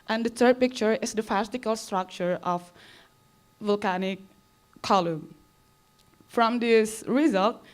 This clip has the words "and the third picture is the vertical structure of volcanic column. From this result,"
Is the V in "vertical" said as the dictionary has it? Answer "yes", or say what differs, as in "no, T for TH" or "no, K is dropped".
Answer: no, F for V